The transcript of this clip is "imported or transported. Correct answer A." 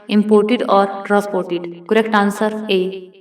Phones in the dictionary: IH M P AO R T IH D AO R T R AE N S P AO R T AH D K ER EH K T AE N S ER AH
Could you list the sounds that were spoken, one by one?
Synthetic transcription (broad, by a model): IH M P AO R T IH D AO R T R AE S P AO R T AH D K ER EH K T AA N S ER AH